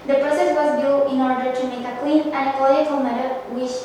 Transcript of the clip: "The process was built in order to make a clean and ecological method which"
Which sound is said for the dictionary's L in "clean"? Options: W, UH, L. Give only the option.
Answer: W